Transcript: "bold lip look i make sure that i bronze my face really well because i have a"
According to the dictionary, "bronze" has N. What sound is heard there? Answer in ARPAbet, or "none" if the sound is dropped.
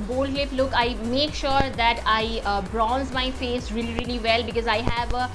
N